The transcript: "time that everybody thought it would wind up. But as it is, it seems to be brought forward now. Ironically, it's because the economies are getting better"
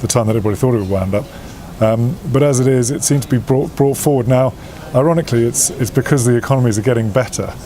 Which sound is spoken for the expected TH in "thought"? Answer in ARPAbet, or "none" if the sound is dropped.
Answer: TH